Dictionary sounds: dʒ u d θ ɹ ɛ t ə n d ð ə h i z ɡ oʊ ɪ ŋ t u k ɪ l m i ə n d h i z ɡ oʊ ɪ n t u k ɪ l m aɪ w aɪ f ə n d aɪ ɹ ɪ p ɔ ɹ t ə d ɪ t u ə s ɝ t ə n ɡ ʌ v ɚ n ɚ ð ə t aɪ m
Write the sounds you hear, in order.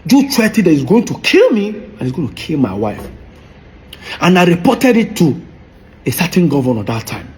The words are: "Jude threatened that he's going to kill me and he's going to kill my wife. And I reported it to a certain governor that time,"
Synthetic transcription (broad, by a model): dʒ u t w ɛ t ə d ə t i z ɡ oʊ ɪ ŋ t u k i l m i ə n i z ɡ oʊ ɪ n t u k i l m aɪ w aɪ f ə n aɪ ɹ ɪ p ɔ t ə d ɪ t u ə s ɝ t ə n ɡ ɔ v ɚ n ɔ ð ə t aɪ m